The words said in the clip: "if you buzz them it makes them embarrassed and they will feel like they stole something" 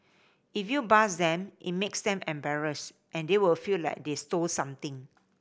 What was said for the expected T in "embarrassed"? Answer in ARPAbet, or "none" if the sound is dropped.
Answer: T